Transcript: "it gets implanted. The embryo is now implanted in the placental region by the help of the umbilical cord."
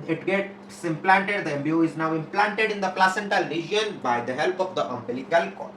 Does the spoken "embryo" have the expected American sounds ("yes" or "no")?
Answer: no